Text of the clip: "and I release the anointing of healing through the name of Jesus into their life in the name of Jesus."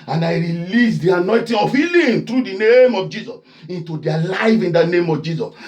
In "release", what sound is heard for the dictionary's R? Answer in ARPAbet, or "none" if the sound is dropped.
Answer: R